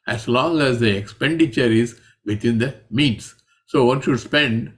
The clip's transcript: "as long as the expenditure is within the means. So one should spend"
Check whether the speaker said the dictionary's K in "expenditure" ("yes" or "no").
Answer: yes